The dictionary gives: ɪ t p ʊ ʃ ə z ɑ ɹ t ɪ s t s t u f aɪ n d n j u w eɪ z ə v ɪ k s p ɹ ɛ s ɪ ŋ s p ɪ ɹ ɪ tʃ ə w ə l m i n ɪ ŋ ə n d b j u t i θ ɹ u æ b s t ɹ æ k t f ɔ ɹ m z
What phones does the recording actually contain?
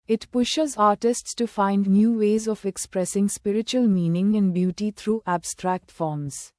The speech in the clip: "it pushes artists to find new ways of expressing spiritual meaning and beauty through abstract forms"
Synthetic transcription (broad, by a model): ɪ t p ʊ ʃ ə z ɑ ɹ t ɪ s t s t u f aɪ n d n j u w eɪ z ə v ɪ k s p ɹ ɛ s ɪ ŋ s p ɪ ɹ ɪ tʃ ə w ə l m i n ɪ ŋ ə n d b j u t i t ɹ u æ b s t ɹ æ k t f ɔ ɹ m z